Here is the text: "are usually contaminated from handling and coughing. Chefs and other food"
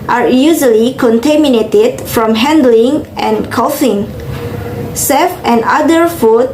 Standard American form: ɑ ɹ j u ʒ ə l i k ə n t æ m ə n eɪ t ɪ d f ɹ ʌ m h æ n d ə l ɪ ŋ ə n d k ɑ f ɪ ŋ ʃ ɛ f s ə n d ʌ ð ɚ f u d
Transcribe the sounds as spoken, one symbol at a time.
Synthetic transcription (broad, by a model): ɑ ɹ j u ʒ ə l i k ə n t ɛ m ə n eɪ t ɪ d f ɹ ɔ m h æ n d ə l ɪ ŋ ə n k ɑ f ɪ ŋ s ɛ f ə n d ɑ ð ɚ f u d